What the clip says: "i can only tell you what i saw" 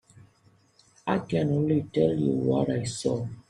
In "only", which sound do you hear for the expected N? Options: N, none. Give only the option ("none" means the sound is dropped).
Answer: none